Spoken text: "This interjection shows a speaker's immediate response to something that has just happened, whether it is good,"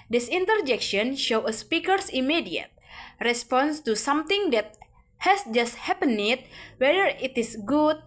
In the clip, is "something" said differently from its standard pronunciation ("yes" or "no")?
yes